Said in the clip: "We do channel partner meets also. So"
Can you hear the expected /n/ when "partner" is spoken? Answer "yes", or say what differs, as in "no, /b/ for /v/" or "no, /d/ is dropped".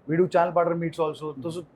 no, /n/ is dropped